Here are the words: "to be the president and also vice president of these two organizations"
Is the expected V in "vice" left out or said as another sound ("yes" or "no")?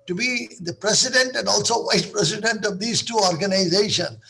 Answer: no